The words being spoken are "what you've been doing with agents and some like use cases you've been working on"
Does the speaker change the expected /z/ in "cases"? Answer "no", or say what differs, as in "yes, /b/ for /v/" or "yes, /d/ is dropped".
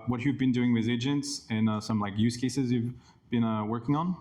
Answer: no